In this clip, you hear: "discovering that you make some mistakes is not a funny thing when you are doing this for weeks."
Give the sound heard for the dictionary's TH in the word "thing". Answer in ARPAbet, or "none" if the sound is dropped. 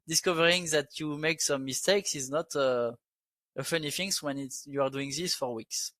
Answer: F